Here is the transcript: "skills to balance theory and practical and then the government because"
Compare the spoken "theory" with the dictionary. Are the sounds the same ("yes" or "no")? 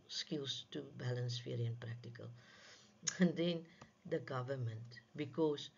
no